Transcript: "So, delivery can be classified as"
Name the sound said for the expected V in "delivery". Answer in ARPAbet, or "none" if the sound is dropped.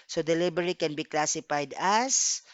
B